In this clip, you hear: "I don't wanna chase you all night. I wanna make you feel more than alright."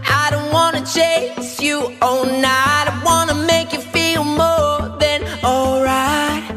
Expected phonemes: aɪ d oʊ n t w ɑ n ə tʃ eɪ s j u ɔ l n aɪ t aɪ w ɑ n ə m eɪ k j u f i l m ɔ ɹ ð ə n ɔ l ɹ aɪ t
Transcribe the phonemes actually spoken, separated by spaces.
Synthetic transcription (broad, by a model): aɪ d oʊ n t w ɑ n ə tʃ eɪ s j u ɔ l n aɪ aɪ w ɑ n ə m eɪ k j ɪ f i l m ɔ ɹ ð ə n ɔ l ɹ aɪ t